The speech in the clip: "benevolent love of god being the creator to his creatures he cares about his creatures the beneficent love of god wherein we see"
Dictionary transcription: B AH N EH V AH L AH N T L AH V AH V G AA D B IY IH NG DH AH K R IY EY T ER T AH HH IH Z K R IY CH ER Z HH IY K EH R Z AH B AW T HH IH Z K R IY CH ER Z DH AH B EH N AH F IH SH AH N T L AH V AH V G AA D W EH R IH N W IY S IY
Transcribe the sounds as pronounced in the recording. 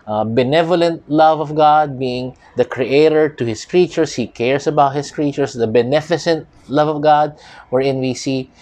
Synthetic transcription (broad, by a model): B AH N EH V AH L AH N T L AH V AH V G AA D B IY IH NG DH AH K R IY EY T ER T AH HH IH S K R IY CH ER S HH IY K EH R S AH B AW T HH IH S K R IY CH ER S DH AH B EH N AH F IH S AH N T L AH V AH V G AA D W EH R IH N W IY S IY